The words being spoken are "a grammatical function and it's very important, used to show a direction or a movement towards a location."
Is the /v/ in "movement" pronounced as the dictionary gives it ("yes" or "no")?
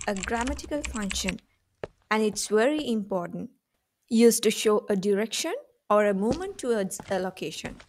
no